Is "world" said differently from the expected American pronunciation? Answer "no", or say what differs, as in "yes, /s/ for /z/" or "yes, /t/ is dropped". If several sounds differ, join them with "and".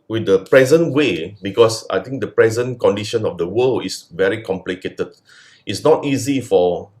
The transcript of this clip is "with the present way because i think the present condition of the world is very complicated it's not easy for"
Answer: yes, /d/ is dropped